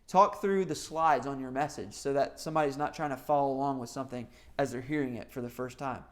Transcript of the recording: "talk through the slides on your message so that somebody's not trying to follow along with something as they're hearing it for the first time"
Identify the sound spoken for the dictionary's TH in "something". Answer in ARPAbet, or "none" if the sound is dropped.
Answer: TH